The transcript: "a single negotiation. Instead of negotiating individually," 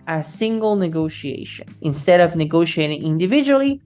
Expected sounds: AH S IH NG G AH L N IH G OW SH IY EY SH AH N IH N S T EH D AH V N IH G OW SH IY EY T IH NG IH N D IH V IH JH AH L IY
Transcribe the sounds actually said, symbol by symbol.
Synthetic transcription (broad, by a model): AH S IH NG G AH L N IH G OW SH IY EY SH AH N IH N S T EH D AH V N IH G OW SH IY EY T IH NG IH N D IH V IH JH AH L IY